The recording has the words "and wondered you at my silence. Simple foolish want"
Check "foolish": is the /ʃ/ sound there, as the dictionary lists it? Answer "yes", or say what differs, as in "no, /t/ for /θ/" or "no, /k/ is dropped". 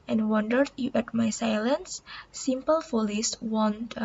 no, /s/ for /ʃ/